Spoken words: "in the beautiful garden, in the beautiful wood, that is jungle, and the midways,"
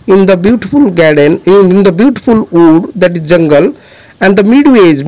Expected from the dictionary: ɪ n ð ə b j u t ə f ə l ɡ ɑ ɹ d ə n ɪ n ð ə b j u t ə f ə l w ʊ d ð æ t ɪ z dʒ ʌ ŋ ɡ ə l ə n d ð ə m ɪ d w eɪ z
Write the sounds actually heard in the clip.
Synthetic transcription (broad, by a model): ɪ n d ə b j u t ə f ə l ɡ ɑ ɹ d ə n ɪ n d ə b j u t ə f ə l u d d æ t ɪ z dʒ ʌ ŋ ɡ ə l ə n d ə m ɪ d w eɪ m